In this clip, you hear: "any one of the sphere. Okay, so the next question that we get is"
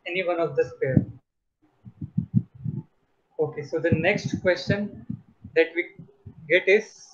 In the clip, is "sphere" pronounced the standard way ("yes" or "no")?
no